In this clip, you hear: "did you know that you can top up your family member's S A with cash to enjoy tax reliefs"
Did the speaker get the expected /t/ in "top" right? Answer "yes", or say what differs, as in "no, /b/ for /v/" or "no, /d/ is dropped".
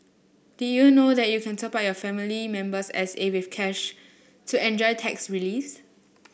no, /s/ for /t/